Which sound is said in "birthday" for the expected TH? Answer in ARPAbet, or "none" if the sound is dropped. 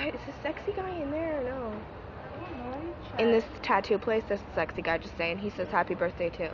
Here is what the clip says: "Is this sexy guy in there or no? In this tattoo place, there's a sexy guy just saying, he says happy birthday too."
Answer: TH